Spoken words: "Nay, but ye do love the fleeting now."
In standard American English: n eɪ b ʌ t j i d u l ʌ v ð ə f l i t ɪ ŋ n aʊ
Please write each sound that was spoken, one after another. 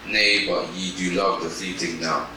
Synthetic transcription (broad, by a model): n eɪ b ʌ t j i d u l ʌ v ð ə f i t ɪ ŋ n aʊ